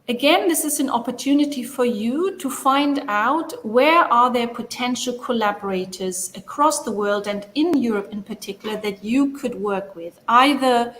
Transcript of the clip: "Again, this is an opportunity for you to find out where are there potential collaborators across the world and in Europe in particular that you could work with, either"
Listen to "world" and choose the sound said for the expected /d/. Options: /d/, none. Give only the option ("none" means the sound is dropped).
/d/